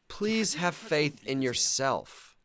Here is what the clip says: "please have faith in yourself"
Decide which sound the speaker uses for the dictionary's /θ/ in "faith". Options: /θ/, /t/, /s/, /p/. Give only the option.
/θ/